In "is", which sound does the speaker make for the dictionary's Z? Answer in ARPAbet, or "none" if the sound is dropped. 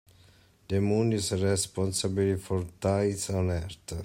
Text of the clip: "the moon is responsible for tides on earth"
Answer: S